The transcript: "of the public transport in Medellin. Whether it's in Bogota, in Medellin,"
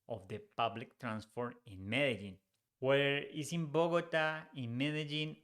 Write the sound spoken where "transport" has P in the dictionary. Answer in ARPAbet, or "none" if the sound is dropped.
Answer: F